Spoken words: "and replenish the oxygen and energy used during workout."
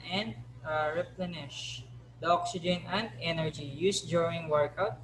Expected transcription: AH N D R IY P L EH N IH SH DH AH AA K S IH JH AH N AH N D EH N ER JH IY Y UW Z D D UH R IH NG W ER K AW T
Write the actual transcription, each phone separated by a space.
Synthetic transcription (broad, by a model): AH N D R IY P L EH N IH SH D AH AA K S IH JH AH N AH N D EH N ER JH IY Y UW S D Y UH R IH NG W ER K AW T